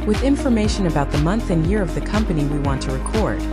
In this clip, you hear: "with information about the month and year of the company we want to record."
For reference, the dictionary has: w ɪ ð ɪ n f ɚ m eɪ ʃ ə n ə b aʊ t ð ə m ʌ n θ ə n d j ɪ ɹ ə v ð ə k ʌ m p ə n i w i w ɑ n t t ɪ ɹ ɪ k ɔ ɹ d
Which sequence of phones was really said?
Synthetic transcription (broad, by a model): w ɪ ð ɪ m f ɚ m eɪ ʃ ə n ə b aʊ t ð ə m ʌ n θ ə n j ɪ ɹ ə v ð ə k ʌ m p ə n i w i w ɑ n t t ɪ ɹ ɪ k ɔ ɹ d